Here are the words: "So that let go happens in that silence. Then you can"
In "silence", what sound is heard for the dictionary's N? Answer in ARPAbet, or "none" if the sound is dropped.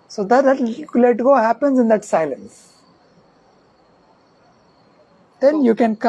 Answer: N